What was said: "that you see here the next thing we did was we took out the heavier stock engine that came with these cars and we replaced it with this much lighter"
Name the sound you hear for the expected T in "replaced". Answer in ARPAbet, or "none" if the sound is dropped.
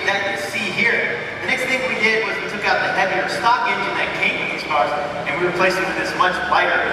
none